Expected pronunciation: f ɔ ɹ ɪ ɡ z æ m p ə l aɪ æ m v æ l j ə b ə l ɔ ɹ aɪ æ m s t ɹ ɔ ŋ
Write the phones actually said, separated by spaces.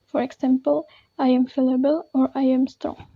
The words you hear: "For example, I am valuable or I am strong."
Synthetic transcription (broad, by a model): f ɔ ɹ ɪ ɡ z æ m p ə l aɪ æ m f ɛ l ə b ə l ɔ ɹ aɪ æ m s t ɹ ɔ ŋ